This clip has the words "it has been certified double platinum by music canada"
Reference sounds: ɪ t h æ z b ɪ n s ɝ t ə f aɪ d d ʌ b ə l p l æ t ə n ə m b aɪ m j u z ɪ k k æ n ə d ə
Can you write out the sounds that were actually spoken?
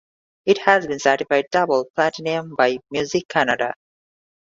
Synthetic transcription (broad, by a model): ɪ t h æ z b ɪ n s ɝ t ə f aɪ d d ʌ b ə l p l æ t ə n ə m b aɪ m j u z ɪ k k æ n ə d ə